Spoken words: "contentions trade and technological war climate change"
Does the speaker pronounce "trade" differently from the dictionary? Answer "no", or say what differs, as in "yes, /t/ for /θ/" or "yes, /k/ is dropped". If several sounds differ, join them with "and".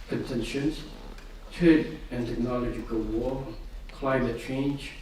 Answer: yes, /ɹ/ is dropped